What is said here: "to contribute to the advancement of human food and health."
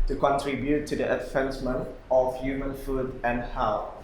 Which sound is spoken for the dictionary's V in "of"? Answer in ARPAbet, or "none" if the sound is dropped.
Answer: F